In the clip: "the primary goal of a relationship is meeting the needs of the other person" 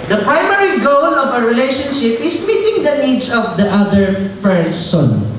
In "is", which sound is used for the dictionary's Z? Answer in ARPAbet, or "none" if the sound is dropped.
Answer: S